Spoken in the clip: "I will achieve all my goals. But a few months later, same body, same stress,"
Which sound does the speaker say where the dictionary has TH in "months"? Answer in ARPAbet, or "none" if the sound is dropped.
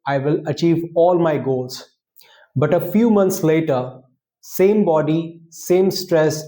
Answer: T